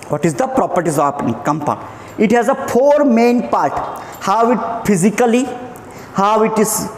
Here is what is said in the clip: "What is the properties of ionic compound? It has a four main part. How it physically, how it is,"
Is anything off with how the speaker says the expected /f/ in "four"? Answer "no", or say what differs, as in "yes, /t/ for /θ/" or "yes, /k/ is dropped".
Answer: yes, /p/ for /f/